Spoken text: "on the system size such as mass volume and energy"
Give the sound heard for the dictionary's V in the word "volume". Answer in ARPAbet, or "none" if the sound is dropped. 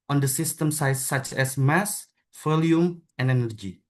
F